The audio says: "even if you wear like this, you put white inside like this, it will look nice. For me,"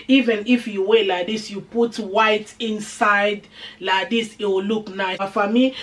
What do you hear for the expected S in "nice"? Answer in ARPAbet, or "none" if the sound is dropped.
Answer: none